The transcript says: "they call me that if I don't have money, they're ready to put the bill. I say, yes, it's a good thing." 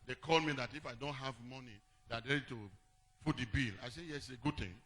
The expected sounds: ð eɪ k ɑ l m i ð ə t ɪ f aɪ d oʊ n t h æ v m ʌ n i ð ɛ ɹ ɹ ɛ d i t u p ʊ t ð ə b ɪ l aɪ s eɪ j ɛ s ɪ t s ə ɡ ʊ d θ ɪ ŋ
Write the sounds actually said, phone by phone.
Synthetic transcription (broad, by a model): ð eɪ k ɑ l m i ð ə t ɪ f aɪ d oʊ n t h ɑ v m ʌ n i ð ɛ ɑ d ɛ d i t u f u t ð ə b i l aɪ s eɪ j ɛ s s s ə ɡ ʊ d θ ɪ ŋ